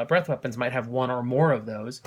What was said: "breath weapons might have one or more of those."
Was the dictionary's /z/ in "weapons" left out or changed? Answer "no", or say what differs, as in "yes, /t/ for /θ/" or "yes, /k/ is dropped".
no